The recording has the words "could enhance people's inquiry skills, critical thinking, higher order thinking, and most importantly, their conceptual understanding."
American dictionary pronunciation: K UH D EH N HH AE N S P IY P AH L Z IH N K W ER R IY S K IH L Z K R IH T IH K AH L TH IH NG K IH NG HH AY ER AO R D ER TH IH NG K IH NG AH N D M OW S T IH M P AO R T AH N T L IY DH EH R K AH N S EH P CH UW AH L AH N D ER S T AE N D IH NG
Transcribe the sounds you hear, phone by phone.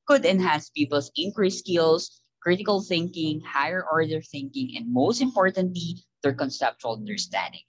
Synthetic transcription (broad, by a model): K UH D EH N HH AE N S P IY P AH L S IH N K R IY S K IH L S K R IH T IH K AH L TH IH NG K IH NG HH AY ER AO R D ER TH IH NG K IH NG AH N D M OW S T IH M P AO R T AH N T L IY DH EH R K AH N S EH P CH UW AH L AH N D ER S T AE N D IH NG